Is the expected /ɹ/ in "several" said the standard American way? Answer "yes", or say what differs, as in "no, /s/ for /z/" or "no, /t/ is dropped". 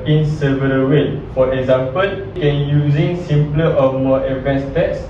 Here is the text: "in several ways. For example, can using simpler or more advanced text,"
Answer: no, /ɹ/ is dropped